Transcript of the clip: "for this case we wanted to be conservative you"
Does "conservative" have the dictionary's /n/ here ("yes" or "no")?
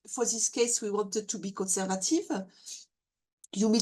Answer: yes